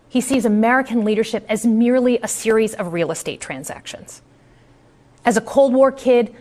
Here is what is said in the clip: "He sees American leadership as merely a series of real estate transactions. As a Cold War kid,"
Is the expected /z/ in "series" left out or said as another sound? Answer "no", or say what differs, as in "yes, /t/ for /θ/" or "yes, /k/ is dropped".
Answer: no